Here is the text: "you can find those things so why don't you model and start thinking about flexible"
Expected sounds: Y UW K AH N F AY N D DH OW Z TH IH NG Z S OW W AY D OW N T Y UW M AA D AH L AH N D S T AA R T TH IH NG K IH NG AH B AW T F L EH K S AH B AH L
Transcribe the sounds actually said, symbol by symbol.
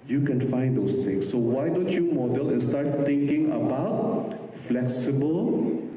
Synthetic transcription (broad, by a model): Y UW K AH N F AY N D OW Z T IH NG S OW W AY D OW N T Y UW M AA D AH L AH S T AA R T T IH NG K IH NG AH B AW T F L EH K S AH B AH L